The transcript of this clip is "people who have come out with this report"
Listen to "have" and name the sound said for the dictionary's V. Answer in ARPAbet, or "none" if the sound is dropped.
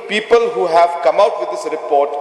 V